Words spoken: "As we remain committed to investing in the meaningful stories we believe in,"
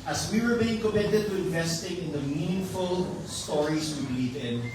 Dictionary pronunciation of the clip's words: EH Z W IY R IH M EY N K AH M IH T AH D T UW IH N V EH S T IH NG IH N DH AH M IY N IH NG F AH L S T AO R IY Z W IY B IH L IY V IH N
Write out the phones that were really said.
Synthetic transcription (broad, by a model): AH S W IY W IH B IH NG K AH M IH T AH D T UW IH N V EH S T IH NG IH N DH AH M IY N IH NG F AH L S T AO R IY S W IY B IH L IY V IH N